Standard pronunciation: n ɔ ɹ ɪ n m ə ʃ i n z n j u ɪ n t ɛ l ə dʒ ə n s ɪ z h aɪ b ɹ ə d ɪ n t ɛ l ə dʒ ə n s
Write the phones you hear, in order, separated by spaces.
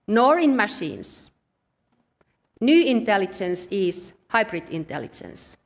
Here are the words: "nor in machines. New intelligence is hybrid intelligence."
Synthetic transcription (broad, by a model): n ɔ ɹ ɪ n m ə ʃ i n s n j u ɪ n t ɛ l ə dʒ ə n s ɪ s h aɪ b ɹ ə d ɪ n t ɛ l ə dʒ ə n s